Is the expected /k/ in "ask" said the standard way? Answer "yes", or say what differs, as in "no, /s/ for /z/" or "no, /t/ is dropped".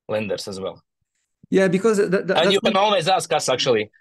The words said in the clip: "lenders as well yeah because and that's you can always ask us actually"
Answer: yes